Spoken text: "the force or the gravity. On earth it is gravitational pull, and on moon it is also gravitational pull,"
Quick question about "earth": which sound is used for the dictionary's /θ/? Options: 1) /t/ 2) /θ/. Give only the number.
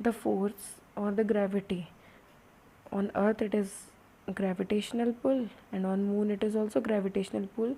1